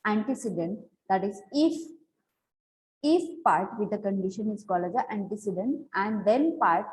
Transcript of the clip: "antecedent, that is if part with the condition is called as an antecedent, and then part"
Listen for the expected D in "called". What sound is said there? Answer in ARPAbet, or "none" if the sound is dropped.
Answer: none